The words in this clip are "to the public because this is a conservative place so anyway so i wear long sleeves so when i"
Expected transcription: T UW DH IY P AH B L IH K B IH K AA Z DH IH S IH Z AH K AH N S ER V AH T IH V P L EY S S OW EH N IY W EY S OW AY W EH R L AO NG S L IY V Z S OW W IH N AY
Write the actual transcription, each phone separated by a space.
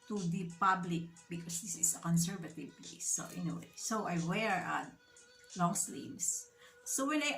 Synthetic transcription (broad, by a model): T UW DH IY P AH B L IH K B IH K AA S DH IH S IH S AH K AH N S ER V AH T IH V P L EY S S OW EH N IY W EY S OW AY W EH R L AO NG S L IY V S S OW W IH L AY